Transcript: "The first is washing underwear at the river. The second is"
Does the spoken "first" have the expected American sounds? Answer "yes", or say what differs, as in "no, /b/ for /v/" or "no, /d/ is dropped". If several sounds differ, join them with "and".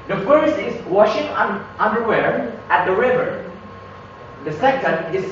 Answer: no, /t/ is dropped